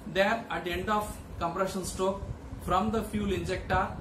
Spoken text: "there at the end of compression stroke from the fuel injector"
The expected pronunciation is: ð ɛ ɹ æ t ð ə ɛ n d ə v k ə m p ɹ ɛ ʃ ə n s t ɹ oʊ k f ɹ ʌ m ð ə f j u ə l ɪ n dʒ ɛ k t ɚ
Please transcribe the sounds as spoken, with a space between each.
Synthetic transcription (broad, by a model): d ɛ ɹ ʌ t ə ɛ n d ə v k ə m p ɹ ɛ ʃ ə n s t oʊ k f ɹ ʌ m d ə f j u l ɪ n dʒ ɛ k t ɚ